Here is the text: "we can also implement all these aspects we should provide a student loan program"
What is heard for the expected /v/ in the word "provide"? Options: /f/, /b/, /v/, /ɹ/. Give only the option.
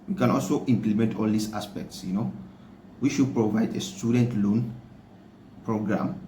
/v/